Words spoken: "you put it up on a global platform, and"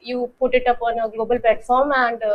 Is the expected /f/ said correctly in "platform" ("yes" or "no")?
yes